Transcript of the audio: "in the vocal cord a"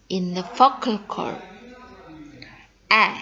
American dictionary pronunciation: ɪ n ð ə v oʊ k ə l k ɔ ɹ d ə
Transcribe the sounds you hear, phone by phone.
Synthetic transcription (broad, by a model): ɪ n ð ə f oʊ k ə l k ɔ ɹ ə